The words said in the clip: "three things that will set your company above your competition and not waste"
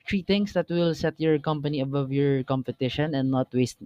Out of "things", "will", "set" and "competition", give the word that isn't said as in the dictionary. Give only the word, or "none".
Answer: things